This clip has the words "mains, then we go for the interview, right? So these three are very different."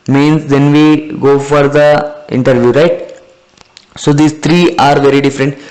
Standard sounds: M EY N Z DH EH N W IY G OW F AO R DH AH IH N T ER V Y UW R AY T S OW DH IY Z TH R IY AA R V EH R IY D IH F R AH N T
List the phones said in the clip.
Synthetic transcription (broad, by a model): M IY N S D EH N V IY G OW F AO R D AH IH N T ER V Y UW R AY T S OW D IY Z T R IY AA R V EH R IY D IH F R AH N T